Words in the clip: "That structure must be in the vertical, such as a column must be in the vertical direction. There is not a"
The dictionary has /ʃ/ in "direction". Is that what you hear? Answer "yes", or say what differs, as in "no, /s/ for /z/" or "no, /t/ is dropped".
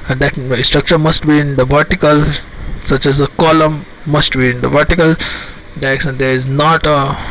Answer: no, /s/ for /ʃ/